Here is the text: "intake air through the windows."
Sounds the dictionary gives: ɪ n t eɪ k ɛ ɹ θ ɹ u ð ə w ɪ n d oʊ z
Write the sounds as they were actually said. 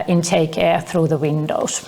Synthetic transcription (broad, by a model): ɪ n t eɪ k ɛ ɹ θ ɹ u ð ə w ɪ n d oʊ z